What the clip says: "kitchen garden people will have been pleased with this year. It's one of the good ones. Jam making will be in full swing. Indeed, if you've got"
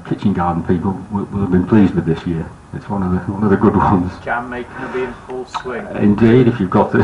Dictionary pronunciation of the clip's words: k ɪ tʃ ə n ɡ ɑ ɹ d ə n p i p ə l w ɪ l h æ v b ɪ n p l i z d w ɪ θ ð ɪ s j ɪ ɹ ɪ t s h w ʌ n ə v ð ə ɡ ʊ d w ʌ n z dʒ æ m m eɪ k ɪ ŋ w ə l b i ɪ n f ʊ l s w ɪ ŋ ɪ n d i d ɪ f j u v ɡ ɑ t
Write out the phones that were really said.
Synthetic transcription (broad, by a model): k ɪ tʃ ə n ɡ ɑ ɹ d n p i p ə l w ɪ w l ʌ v b ɪ n p l i z d w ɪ ð ɪ s j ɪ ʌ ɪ t s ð w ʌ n ə v ð ə ɡ ʊ d w ʌ n z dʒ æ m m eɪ ɪ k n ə b i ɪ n f ʊ l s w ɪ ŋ ɪ n d i d ɪ f j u v ɡ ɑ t